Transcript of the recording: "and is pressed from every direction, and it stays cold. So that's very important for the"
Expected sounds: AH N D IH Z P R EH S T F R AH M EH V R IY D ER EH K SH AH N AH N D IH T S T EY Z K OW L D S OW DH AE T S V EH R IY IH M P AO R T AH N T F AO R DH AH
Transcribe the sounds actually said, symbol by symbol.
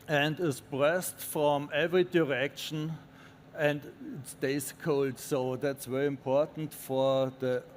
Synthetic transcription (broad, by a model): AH N D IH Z B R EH S T F R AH M EH V R IY D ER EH K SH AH N AH N D IH T S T EY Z K OW L D S OW DH AE T S V EH R IY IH M P AO R T N T F AO R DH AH